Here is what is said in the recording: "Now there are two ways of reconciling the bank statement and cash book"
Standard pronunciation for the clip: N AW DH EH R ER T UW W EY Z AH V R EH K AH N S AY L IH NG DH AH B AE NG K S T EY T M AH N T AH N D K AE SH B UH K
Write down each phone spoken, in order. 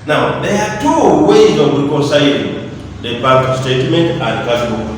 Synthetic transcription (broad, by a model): N AW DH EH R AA T UW W EY Z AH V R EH K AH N S AY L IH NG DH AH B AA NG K S T EY T M AH N T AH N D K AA S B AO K